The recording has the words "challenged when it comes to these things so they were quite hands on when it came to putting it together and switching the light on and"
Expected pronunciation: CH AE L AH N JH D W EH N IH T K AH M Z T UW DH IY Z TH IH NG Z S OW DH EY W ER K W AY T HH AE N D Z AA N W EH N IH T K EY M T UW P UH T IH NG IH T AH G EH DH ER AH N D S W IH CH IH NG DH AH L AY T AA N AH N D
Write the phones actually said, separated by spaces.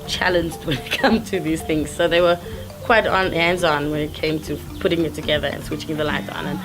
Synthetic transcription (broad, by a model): CH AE L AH N JH D W EH N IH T K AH M T UW DH IY Z TH IH NG Z S OW DH EY W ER K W AY T HH AE N D Z AA N W EH N IH T K EY M T UW P UH T IH NG IH T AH G EH DH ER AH N S W IH CH IH NG DH AH L AY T AA N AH N